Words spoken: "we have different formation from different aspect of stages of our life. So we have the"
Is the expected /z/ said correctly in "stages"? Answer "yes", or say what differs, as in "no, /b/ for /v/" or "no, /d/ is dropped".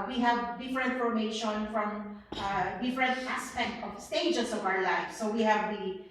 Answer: no, /s/ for /z/